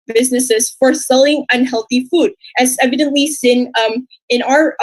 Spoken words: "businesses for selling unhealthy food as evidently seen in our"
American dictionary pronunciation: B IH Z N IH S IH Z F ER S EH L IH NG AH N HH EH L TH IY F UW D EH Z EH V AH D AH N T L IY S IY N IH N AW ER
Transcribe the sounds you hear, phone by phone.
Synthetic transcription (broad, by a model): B IH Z N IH S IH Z F ER S EH L IH NG AH N HH EH L TH IY F UW D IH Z EH V AH D AH N T L IY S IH N IH N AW ER